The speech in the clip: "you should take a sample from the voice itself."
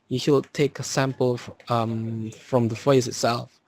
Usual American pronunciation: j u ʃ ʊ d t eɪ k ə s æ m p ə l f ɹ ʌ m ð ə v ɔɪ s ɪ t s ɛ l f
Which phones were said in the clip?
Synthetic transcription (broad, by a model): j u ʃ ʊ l t eɪ k ə s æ m p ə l f ɹ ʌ m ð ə f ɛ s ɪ t s ɛ l f